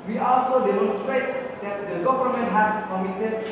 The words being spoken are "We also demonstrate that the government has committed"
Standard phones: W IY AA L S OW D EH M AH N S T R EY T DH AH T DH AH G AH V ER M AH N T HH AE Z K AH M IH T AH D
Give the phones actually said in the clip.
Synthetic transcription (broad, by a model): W IY AA L S OW D EH M AH N S T R EY T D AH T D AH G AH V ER M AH N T HH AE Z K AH M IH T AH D